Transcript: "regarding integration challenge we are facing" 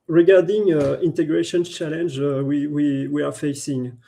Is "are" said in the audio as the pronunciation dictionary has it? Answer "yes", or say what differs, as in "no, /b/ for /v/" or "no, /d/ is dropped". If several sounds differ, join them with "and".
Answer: no, /w/ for /ɹ/